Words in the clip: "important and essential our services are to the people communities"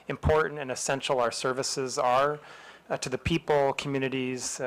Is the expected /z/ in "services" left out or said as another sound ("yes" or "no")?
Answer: no